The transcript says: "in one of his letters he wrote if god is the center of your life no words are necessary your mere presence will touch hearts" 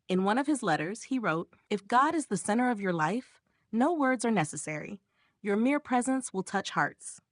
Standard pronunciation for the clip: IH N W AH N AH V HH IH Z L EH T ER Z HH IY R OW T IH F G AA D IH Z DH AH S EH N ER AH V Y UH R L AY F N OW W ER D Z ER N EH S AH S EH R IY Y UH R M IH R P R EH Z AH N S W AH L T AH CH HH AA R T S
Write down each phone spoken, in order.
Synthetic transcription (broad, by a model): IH N W AH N AH V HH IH Z L EH T ER Z HH IY R OW T IH F G AA D IH Z DH AH S EH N ER AH V Y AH R L AY F N OW W ER D Z ER N EH S AH S EH R IY Y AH R M IH R P R EH Z AH N S W AH L T AH CH HH AA R T S